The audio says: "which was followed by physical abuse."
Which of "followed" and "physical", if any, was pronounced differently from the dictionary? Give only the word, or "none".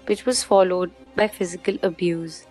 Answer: none